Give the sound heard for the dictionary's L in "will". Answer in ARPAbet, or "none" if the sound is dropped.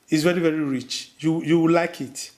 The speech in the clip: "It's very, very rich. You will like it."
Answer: W